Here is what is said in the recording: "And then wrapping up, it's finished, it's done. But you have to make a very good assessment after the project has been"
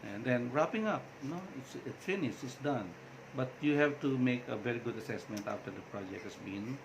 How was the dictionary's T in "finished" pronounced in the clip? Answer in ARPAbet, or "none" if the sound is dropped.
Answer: none